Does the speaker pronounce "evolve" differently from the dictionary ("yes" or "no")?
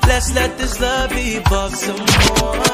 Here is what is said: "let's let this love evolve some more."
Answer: yes